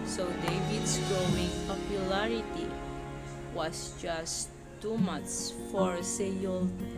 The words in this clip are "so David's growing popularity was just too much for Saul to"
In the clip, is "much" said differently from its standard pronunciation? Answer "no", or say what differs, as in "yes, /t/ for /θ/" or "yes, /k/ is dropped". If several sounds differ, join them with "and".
yes, /s/ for /tʃ/